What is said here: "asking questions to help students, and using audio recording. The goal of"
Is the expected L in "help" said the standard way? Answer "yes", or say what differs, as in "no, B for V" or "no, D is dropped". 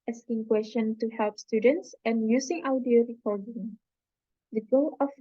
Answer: yes